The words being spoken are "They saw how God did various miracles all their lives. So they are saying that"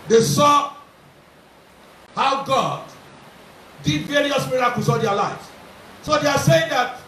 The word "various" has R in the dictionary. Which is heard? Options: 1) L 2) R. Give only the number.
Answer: 2